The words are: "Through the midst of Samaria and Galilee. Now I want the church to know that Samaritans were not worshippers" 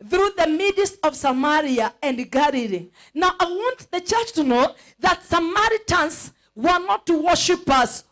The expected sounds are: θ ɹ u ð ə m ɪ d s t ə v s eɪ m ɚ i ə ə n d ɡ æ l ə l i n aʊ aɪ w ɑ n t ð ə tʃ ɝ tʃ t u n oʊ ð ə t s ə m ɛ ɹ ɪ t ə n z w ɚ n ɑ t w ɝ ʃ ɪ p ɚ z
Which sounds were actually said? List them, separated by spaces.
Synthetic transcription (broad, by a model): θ ɹ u ð ə m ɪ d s ə v s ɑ m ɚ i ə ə n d ɡ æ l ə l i n aʊ aɪ w ɑ n t ð ə tʃ ɝ tʃ t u n oʊ ð ə t s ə m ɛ ɹ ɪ t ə n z w ɚ n ɑ t w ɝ ʃ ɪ p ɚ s